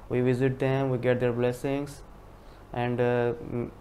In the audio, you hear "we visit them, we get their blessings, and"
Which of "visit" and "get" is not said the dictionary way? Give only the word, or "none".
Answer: none